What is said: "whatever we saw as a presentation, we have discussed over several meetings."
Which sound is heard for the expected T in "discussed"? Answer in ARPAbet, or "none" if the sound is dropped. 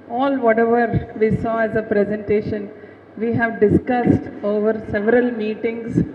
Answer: T